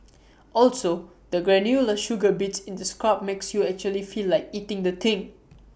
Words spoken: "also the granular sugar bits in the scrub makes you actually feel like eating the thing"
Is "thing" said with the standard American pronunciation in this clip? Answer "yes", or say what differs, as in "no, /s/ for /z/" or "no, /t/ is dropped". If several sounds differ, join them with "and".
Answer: no, /t/ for /θ/